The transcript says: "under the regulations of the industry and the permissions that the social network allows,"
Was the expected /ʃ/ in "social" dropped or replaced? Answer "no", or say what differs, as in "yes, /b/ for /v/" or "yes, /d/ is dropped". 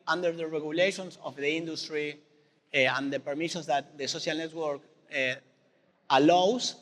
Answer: yes, /s/ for /ʃ/